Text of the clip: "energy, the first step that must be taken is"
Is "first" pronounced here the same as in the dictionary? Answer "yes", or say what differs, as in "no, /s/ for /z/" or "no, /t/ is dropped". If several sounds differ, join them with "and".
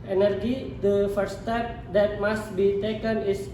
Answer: no, /s/ is dropped